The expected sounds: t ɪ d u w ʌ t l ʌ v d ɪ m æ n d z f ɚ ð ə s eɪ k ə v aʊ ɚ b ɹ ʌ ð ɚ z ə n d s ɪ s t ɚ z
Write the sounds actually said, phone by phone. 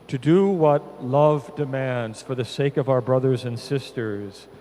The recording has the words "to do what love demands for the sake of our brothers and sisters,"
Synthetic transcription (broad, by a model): t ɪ d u w ʌ t l ʌ v d ɪ m æ n d z f ɚ ð ə s eɪ k ə v aʊ ɚ b ɹ ʌ ð ɚ z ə n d s ɪ s t ɚ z